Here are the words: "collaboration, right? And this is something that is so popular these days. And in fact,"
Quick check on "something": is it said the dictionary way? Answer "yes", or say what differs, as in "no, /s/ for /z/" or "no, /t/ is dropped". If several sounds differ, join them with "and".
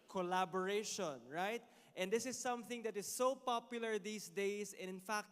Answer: yes